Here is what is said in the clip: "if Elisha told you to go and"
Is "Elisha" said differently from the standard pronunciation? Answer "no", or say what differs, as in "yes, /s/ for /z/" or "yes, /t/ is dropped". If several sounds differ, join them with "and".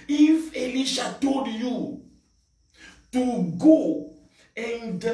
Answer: no